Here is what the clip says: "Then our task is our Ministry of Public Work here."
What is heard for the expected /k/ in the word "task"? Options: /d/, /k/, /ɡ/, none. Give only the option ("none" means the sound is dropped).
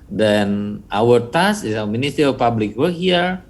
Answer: none